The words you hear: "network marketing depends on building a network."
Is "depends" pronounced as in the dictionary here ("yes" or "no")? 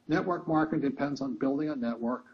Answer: yes